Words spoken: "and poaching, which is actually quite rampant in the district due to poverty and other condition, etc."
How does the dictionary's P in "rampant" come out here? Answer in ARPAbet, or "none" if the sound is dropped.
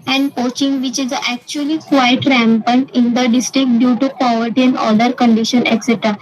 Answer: P